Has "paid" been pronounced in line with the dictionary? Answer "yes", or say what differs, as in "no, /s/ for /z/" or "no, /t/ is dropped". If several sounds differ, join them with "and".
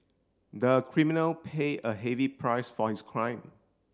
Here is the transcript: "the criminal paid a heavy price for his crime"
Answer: no, /d/ is dropped